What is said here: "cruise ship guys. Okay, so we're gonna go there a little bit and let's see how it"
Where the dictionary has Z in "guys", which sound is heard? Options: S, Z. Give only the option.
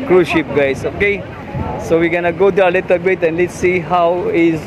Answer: S